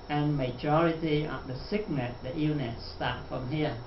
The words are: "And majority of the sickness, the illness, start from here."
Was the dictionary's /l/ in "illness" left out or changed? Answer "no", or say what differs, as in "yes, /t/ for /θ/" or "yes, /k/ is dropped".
yes, /l/ is dropped